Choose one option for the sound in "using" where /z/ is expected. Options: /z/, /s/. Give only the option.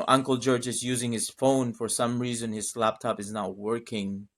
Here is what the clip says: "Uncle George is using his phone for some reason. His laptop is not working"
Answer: /z/